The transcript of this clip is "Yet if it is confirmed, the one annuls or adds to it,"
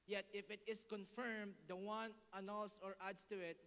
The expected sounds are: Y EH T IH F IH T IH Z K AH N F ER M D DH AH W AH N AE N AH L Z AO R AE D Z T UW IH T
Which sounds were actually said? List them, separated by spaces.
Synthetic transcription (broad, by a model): Y EH T IH F IH T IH S K AH N F ER M D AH W AH N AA N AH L S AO R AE D S T UW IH T